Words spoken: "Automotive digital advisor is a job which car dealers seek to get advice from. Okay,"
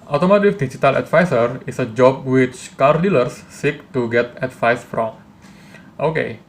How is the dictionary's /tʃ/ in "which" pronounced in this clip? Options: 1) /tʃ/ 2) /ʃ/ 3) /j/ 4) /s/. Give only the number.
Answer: 1